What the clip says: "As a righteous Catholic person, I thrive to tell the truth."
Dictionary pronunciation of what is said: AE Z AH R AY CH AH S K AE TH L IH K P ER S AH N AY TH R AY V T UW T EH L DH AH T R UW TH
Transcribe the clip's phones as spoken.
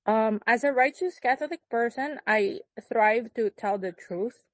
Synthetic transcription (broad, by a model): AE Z AH R AY CH AH S K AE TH L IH K P ER S AH N AY TH R AY V T UW T EH L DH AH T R UW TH